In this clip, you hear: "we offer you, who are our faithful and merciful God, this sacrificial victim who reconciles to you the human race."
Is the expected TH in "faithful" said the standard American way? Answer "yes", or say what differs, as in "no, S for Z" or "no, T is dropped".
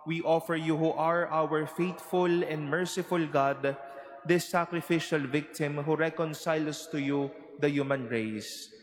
no, T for TH